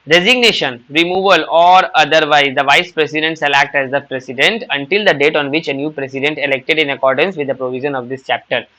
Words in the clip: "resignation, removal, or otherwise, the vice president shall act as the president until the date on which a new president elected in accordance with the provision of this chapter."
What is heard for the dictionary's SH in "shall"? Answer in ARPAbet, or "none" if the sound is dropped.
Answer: S